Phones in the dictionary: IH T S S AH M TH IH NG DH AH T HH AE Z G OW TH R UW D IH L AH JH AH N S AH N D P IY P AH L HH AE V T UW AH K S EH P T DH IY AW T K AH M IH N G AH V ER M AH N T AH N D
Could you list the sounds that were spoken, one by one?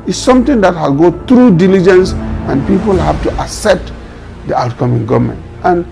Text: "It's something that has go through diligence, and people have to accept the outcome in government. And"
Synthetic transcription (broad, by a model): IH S S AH M T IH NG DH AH T HH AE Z G OW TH R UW D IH L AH JH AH N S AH N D P IY P AH L HH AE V T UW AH S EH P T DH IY AW T K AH M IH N G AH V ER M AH N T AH N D